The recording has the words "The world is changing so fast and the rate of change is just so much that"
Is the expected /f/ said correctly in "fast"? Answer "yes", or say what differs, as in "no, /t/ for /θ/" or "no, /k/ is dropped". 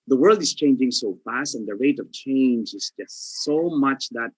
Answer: yes